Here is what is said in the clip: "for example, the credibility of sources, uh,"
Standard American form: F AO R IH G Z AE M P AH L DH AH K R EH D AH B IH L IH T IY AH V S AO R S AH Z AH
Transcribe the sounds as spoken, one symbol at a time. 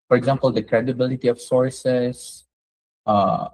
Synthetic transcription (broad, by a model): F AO R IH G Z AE M P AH L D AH K R EH D AH B IH L IH T IY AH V S AO R S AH S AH